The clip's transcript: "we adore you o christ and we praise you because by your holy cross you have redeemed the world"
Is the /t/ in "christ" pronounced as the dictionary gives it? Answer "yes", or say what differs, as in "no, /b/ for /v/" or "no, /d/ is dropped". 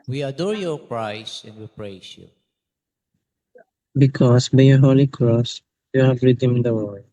no, /t/ is dropped